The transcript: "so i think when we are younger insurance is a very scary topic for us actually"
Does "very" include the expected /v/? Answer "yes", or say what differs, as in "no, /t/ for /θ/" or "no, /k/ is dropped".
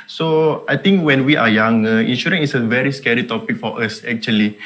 yes